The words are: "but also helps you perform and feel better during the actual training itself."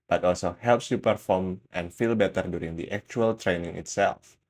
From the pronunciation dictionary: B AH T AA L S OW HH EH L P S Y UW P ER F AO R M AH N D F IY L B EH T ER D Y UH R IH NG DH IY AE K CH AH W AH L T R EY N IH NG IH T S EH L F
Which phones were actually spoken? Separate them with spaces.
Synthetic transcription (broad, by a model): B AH T AA L S OW HH EH L P S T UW P ER F AO R M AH N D F IY L B EH T ER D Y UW R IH NG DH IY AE K CH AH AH L T R EY N IH NG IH T S EH L F